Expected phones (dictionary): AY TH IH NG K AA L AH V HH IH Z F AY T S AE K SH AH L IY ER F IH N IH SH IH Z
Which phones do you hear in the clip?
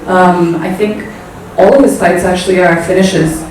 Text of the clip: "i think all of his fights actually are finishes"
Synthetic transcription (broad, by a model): AY TH IH NG K AA L AH V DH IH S AY T S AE K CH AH L IY ER F IH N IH SH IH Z